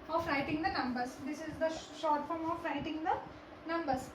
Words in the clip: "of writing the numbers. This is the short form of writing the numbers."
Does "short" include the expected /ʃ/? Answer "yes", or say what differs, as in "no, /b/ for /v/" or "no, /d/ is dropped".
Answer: yes